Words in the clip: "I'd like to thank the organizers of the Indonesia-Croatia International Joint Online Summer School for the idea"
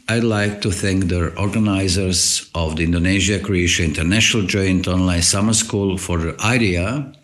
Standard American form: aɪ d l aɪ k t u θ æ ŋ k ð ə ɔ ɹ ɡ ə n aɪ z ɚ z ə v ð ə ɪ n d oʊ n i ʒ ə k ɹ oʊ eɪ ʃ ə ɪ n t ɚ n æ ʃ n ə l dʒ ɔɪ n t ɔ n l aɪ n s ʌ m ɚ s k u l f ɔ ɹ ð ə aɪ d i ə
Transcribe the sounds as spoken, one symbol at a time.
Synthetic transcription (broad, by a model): aɪ d l aɪ k t u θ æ ŋ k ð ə ɔ ɹ ɡ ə n aɪ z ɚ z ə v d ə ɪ n d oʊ n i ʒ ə k ɹ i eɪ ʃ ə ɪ n t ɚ n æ ʃ n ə l dʒ ɔɪ n t ɔ n l aɪ n s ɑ m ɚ s k u l f ɔ ɹ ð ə aɪ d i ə